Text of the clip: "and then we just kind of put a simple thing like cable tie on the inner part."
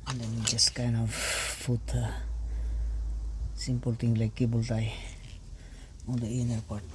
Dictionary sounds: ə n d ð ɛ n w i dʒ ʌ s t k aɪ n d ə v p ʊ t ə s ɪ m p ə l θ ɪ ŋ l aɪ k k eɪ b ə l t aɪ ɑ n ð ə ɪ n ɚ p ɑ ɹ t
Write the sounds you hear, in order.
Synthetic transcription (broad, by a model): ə n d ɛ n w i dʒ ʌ s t k aɪ n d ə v f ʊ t ə s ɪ m p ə l t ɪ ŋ l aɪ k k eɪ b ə l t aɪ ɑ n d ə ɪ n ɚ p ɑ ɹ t